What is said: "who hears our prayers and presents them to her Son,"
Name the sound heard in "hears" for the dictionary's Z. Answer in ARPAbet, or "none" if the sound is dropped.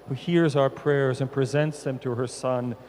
Z